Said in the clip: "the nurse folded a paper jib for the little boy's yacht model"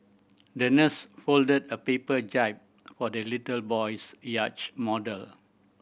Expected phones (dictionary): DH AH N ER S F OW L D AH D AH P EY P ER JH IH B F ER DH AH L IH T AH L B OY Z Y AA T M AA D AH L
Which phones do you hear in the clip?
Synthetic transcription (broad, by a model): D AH N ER S F OW L D AH D AH P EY P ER JH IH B F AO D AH L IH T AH L B OY S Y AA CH M AA D AH L